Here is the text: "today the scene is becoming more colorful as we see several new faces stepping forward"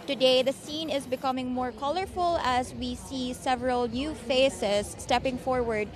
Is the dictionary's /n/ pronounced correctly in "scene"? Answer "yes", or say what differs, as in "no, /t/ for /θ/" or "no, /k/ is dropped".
yes